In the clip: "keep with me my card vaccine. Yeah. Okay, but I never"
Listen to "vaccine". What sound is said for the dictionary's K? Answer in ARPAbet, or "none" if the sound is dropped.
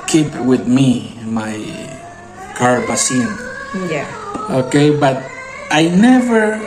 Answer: none